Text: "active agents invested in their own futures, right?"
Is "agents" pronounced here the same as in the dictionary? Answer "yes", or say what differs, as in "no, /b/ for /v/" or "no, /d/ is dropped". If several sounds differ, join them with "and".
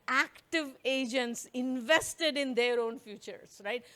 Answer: yes